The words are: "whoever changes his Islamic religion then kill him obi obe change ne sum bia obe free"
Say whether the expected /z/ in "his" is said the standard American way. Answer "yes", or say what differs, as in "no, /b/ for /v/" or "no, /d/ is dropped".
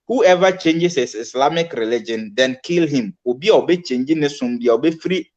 no, /s/ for /z/